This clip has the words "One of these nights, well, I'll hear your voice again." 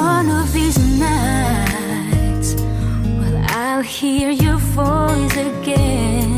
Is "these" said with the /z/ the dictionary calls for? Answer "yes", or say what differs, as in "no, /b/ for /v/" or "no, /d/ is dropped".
yes